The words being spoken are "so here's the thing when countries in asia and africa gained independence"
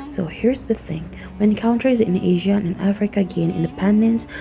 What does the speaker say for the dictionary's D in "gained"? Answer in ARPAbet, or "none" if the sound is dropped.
none